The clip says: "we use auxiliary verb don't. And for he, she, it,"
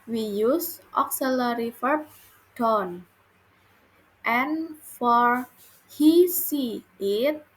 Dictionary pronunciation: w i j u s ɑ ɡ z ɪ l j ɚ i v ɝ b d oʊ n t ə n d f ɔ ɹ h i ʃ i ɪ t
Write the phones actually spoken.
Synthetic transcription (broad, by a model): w i j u s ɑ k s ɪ l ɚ i f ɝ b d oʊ n t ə n f ɔ ɹ h i s i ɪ t